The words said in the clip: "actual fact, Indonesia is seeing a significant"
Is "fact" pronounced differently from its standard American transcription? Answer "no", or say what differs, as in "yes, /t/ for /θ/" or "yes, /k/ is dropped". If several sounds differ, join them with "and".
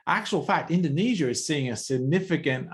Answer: no